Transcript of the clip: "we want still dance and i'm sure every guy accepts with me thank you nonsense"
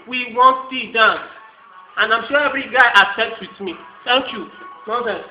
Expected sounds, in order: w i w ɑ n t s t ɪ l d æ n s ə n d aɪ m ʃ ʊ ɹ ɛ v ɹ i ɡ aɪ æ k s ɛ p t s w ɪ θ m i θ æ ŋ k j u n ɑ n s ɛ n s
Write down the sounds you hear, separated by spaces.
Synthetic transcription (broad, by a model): w i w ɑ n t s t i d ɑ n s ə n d aɪ m ʃ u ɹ ɛ v ɹ i ɡ aɪ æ s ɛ t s w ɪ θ m i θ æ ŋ k j u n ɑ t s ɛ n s